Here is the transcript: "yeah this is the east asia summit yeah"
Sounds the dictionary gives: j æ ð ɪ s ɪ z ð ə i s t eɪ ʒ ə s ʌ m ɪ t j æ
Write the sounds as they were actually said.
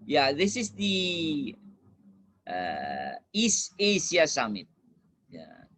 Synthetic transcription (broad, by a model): j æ ð ɪ s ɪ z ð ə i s eɪ s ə s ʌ m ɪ t j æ